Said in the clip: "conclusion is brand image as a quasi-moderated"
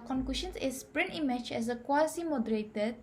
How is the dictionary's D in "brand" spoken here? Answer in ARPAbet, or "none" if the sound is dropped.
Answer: none